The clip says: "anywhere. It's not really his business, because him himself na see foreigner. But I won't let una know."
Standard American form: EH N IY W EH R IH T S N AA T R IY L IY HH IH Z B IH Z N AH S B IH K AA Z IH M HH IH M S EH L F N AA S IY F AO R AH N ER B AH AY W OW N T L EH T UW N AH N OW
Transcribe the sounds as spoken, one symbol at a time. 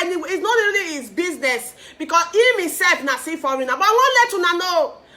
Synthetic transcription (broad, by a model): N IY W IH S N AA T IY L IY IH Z B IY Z N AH S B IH K AA S IH M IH S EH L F N AA S IY F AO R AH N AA B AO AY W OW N L EH T UW N AH N OW